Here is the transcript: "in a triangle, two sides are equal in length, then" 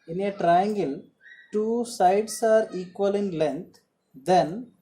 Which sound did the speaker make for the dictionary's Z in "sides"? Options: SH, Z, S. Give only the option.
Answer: S